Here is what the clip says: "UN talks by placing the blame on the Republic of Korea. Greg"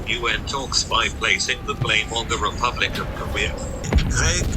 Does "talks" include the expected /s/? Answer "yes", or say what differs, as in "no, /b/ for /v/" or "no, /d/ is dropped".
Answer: yes